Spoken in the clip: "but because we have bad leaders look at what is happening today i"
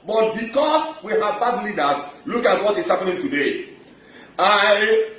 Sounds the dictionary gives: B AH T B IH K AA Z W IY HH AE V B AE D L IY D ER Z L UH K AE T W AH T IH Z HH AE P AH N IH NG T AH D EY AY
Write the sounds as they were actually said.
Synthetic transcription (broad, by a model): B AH T B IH K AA S W IY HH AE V B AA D L IY D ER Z L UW K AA T W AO T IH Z HH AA P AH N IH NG T AH D EY AY